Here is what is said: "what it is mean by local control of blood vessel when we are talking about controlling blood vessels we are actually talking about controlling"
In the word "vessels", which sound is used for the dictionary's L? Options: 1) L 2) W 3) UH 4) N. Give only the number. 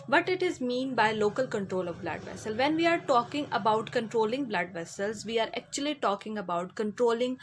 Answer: 1